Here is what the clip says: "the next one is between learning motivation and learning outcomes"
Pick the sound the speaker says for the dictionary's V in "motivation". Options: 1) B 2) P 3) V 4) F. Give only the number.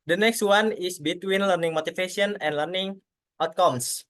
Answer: 4